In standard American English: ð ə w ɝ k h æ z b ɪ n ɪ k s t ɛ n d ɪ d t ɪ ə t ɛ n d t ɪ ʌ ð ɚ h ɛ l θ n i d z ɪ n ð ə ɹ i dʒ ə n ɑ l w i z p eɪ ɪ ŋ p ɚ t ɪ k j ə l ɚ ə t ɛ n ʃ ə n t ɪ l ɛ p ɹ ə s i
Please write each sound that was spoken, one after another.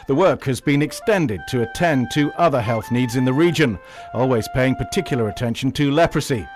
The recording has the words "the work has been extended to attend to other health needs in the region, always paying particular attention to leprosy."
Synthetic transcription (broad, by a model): ð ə w ɝ k h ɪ z b ɪ n ɪ k s t ɛ n d ɪ d t ɪ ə t ɛ n t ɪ ʌ ð ɚ h ɛ l θ n i d z ɪ n ð ə ɹ i dʒ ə n ɑ l w i z p eɪ ɪ ŋ p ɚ t ɪ k j l ɚ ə t ɛ n ʃ n t ɪ l ɛ p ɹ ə s i